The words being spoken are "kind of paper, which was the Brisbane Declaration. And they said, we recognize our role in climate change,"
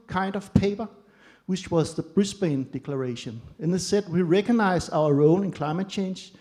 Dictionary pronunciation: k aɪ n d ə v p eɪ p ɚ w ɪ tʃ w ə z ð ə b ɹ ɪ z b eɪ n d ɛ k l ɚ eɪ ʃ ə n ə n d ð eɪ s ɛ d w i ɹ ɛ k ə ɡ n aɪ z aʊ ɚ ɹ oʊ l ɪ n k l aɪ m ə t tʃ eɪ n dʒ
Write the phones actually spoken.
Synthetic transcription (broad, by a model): k aɪ n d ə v p eɪ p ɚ w ɪ tʃ w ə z ð ə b ɹ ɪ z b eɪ n d ɛ k l ɚ eɪ ʃ ə n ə n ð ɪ s ɛ d w i ɹ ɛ k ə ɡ n aɪ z aʊ ɚ ɹ oʊ l ɪ n k l aɪ m ə t tʃ eɪ n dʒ